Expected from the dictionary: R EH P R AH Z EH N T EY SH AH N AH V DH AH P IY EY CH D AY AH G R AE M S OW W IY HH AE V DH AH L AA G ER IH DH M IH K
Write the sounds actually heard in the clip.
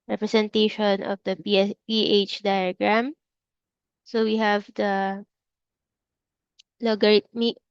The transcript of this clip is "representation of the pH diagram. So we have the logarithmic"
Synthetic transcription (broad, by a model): R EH P R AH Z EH N T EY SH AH N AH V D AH P IY EY CH D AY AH G R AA M S OW W IY HH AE V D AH L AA G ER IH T M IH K